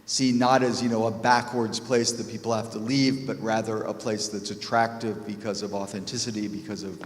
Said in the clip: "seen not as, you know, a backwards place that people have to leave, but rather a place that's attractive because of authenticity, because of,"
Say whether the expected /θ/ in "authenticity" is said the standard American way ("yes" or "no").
yes